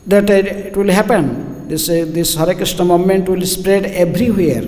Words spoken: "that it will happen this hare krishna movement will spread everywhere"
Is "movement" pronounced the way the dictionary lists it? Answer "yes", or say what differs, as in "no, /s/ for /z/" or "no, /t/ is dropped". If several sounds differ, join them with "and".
no, /v/ is dropped